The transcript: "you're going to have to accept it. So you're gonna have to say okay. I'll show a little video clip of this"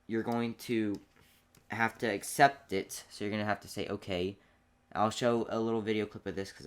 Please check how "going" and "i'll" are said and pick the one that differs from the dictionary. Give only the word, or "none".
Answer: none